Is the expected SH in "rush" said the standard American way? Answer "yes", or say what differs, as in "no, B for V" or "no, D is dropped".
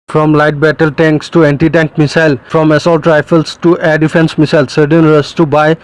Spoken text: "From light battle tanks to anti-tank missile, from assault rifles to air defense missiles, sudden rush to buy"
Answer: no, S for SH